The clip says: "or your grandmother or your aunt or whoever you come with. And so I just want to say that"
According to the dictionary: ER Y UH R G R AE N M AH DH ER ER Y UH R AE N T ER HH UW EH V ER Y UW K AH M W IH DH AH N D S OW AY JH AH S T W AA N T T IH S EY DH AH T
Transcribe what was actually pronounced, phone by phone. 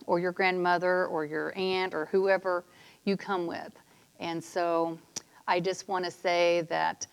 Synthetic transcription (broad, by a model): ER Y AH R G R AE N M AH DH ER ER Y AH R AE N T ER HH UW EH V ER Y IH K AH M W IH DH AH N S OW AY JH AH S T W AA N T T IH S EY DH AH T